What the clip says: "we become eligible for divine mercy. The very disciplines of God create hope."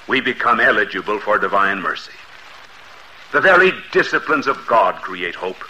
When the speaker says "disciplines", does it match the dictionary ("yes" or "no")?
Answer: yes